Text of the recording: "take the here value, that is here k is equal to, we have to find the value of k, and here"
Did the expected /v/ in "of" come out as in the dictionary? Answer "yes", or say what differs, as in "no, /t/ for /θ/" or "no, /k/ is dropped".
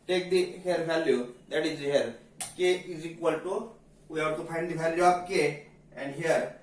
no, /b/ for /v/